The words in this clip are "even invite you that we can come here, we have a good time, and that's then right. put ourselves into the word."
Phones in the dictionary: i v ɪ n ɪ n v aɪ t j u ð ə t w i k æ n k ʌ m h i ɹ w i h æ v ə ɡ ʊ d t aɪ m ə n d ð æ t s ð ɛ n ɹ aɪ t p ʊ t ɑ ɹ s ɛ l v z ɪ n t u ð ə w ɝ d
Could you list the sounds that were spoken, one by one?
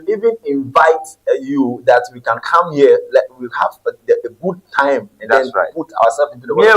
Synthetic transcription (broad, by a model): i v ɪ n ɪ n v aɪ t j u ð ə t w i k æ n k ʌ m h i l w i h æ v ə ɡ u d t aɪ m ə n d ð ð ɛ n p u t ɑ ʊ ɑ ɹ s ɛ l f ɪ n t u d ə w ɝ